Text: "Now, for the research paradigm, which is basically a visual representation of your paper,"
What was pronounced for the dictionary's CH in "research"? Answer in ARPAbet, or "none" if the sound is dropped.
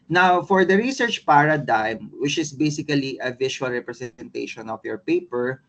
CH